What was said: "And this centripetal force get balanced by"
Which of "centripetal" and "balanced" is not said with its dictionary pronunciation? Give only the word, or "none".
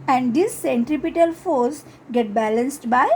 none